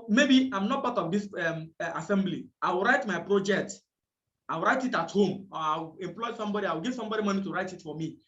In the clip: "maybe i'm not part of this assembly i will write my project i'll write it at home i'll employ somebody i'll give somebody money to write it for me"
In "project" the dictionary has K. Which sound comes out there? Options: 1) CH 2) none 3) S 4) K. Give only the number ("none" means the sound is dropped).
4